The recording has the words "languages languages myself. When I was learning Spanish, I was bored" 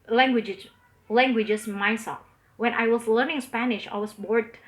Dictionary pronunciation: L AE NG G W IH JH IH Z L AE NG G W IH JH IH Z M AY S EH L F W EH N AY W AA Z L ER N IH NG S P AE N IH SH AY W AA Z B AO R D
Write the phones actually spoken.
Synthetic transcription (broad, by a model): L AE NG G W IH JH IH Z L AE NG G W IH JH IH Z M AY S EH L F W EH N AY W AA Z L ER N IH NG S P AE N IH SH AY W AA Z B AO R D